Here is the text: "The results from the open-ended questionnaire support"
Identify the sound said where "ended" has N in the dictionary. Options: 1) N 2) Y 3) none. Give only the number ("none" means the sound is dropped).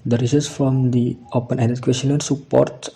3